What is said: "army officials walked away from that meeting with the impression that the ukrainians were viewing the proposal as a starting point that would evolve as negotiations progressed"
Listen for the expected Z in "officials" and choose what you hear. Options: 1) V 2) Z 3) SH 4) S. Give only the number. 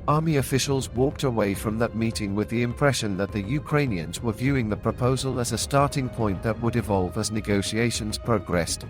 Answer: 2